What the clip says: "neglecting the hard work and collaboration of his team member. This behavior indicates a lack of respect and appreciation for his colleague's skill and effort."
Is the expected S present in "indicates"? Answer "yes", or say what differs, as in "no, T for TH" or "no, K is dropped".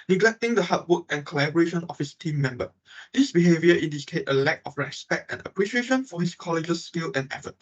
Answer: no, S is dropped